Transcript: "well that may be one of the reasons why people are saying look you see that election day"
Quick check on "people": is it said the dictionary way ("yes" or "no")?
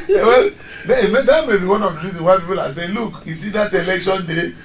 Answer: yes